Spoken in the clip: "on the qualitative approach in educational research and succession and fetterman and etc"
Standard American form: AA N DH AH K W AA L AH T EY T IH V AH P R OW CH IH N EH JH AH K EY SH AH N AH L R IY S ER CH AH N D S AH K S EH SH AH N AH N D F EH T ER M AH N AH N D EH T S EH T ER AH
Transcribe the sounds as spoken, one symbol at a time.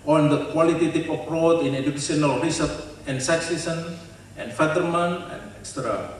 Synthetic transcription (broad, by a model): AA N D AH K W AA L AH T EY T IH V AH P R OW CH IH N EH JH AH K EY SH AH N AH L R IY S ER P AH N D S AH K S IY S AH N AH N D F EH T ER M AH N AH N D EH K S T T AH